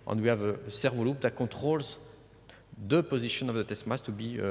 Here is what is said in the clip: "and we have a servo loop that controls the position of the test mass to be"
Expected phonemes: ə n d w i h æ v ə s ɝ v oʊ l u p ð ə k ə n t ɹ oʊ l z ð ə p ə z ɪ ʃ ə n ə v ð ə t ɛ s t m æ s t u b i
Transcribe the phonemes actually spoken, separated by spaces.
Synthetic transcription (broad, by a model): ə n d w i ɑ v ə s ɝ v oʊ l u p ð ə k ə t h oʊ l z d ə p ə z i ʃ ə n ə v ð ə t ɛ s m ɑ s t u b i